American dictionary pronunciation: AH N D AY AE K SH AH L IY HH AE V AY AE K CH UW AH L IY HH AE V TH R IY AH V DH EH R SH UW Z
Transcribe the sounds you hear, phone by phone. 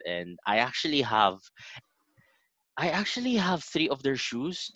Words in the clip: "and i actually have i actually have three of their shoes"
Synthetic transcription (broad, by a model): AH N D AY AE K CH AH L IY HH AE V AY AE K CH UW AH L IY HH AE V TH R IY AH V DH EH R SH UW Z